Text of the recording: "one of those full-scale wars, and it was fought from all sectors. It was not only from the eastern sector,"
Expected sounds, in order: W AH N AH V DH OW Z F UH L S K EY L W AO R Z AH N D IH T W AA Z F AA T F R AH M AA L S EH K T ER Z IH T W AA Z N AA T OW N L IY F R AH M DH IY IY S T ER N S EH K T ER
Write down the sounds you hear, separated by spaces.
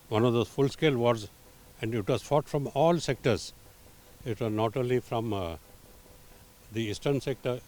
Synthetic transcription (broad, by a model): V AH N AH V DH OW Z F UH L S K EY L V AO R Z AH N D IH T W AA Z F AA T F R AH M AA L S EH K T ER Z IH T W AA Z N AA T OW L IY F R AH M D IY IY S T ER N S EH K T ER